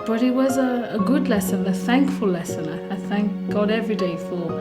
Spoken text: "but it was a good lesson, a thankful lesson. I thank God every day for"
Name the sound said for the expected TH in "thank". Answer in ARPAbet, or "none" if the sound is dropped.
TH